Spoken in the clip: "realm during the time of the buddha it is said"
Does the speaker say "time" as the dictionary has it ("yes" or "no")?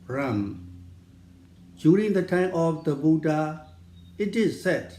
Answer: yes